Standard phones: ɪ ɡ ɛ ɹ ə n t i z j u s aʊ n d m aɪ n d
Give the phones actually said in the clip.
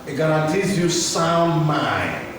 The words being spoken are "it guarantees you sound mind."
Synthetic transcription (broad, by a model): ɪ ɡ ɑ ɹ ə t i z j u s aʊ n d m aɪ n